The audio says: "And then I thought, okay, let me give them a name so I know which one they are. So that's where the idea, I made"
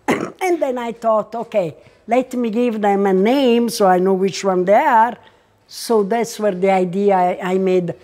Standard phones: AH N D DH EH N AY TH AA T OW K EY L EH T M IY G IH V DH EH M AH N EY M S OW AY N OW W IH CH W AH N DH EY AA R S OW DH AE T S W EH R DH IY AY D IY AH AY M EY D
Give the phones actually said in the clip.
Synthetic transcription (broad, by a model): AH N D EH N AY T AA T OW K EY L EH T M IY G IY V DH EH M AH N EY M S OW AY N OW W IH CH W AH N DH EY AA R S OW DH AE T S W EH R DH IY AY D IY AH AY M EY D